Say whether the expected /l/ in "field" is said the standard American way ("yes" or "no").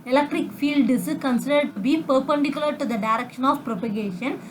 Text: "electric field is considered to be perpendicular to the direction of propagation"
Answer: yes